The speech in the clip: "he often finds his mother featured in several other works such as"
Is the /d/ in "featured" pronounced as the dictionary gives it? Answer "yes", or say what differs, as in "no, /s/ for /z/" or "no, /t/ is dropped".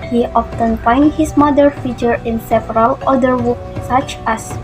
no, /d/ is dropped